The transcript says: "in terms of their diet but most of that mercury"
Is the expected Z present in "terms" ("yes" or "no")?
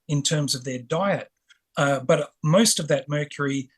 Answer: yes